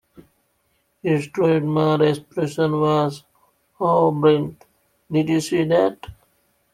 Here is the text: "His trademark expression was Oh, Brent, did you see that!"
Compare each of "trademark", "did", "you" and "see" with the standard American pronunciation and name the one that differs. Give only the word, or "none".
trademark